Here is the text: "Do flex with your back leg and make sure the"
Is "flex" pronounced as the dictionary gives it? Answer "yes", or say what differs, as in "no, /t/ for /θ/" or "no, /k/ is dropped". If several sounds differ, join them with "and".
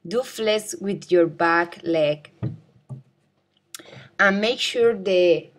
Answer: no, /k/ is dropped